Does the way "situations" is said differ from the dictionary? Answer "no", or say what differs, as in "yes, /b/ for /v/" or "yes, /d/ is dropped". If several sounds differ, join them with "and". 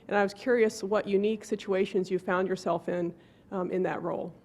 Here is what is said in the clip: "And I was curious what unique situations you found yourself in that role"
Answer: no